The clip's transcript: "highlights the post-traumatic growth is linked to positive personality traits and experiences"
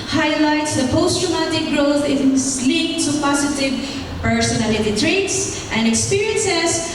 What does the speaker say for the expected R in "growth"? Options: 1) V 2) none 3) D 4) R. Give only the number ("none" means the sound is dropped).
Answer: 4